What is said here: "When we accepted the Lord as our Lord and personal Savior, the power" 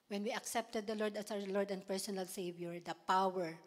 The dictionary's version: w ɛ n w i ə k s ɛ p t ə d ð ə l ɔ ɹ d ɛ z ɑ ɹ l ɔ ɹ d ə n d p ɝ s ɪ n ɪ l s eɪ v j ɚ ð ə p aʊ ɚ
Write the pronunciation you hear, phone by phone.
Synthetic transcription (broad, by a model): w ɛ n w i ə k s ɛ p t ə d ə l ɔ ɹ d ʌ s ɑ w l ɔ ɹ d ə n d p ɝ s ɪ n ɪ l s eɪ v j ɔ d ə p aʊ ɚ